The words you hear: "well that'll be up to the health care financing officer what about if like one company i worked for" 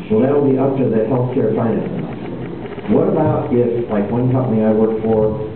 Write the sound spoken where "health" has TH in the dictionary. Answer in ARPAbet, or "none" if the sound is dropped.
F